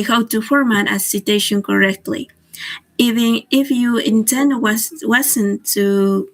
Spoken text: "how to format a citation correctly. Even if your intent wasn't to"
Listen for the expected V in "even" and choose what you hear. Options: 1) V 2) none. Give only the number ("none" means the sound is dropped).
2